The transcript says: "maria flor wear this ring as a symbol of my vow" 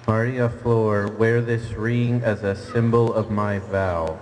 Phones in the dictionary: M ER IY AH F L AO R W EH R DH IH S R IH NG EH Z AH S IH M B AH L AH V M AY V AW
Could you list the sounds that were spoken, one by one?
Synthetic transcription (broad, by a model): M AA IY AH F L AO R W EH R DH IH S R IH NG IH Z AH S IH M B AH L AH V M AY V AW